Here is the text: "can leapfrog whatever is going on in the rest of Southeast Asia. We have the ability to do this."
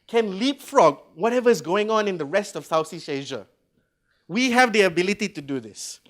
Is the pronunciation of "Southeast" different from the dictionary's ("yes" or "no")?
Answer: yes